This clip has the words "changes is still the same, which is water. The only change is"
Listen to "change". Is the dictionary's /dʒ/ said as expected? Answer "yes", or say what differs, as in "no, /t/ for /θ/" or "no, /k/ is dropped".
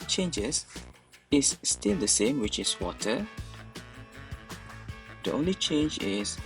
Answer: yes